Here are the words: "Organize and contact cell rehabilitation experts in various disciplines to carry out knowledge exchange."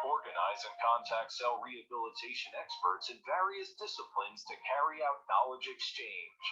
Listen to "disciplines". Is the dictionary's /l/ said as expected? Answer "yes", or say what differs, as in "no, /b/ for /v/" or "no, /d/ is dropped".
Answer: yes